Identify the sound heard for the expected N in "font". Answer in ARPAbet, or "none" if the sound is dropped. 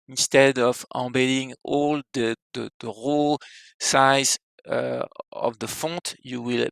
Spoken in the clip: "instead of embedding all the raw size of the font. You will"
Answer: none